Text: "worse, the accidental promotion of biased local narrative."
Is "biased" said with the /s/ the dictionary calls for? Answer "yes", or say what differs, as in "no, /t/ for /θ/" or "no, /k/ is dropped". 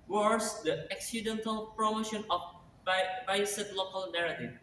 no, /s/ is dropped